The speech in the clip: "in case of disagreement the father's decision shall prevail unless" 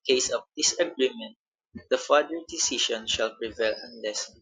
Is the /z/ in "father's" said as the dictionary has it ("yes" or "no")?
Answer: no